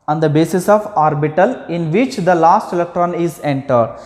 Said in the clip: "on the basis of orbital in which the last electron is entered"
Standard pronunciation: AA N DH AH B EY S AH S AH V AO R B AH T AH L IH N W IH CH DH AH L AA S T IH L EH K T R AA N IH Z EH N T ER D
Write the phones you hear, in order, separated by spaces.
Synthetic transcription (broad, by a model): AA N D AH B EY S AH S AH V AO R B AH T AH L IH N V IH CH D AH L AA S T IH L EH K T R AA N IH Z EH N T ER D